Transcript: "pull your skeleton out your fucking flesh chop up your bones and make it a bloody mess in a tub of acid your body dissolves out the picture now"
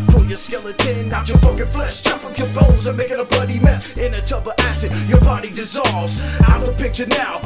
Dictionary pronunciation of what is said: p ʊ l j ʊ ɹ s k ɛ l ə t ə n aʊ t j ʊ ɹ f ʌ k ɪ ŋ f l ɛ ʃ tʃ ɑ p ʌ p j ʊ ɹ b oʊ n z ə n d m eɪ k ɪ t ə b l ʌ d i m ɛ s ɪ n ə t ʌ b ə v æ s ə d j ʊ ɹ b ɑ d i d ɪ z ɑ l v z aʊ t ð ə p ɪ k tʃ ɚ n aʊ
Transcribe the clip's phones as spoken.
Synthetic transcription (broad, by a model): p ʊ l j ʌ ɹ s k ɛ l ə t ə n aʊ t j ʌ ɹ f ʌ k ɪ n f l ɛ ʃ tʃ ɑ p ʌ p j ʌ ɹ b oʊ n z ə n m eɪ k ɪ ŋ ə b l ʌ d i m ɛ ɪ n ə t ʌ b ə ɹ æ s ə d j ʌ ɹ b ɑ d i d ɪ z ɑ l v z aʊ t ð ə p ɪ k tʃ ɚ n aʊ